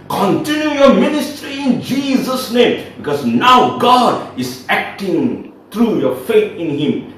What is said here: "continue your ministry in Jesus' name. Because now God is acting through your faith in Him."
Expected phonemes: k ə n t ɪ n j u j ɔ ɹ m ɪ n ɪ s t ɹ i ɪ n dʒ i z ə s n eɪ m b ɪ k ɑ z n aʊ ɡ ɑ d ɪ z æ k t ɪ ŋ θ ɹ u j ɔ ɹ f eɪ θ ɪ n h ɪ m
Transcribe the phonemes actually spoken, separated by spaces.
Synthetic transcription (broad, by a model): k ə n t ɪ n j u j ɔ ɹ m ɪ n ɪ s t ɹ i ɪ n dʒ i z ə s n eɪ m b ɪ k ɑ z n aʊ ɡ ɑ d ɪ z æ k t ɪ ŋ t ɹ u j ɔ ɹ f eɪ t ɪ n h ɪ m